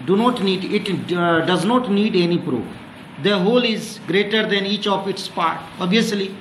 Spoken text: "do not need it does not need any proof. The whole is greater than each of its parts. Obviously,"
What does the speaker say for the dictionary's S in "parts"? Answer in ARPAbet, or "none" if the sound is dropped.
none